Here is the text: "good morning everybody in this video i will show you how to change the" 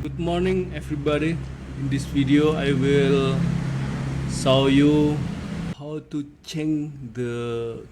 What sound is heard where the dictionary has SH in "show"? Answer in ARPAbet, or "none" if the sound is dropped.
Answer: S